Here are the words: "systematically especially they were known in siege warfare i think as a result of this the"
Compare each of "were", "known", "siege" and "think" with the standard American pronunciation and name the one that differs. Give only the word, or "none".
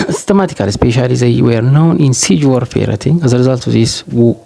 think